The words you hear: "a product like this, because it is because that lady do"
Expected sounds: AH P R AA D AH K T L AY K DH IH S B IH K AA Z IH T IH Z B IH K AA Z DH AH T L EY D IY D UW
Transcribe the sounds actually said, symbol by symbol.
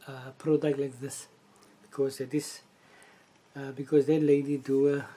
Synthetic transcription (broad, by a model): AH P R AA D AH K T L AY K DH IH S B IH K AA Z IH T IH S B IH K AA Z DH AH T L EY D IY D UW